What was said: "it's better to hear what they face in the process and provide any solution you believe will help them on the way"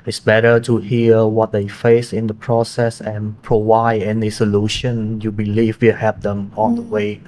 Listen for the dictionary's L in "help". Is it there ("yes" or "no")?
no